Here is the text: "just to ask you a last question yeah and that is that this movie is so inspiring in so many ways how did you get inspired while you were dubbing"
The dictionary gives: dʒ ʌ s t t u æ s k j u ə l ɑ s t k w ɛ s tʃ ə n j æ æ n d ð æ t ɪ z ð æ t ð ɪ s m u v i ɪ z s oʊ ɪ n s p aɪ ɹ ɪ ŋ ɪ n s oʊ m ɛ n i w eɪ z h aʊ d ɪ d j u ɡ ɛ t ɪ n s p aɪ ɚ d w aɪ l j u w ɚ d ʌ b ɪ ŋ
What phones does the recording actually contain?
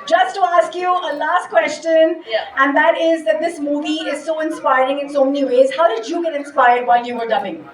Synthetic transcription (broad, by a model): dʒ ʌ s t t u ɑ s k j u ə l ɑ s t k w ɛ s tʃ ə n j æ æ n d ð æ t ɪ z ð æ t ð ɪ s m u v i ɪ z s oʊ ɪ n s p aɪ ɹ ɪ ŋ ɪ n s oʊ m ɛ n i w eɪ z h aʊ d ɪ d j u ɡ ɛ t ɪ n s p aɪ ɚ d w aɪ l j u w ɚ d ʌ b ɪ ŋ